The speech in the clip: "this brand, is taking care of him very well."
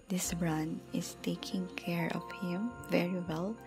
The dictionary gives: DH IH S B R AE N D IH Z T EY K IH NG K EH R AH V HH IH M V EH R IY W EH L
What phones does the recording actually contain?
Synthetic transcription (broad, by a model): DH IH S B R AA N IH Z T EY K IH NG K EH R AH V HH IH M V EH R IY W EH L